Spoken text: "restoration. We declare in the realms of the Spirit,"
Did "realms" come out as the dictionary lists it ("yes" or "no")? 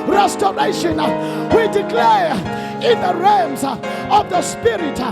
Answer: no